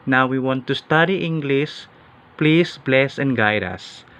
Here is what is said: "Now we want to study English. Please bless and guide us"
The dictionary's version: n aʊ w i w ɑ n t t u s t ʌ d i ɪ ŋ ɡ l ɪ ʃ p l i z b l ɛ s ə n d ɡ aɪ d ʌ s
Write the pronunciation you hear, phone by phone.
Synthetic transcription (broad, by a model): n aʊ w i w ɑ n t t u s t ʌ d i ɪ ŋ ɡ l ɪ s p l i s b l ɛ s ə n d ɡ aɪ d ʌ s